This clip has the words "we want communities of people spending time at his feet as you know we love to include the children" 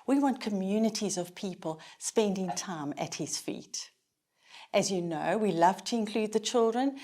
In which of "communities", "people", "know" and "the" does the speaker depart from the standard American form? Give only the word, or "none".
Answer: none